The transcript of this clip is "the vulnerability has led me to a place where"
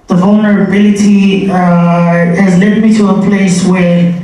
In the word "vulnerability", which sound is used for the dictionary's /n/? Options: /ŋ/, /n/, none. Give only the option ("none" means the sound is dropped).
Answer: /n/